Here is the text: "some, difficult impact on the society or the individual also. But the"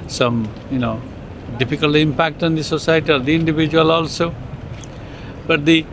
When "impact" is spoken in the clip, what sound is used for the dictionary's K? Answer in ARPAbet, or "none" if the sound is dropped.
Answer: K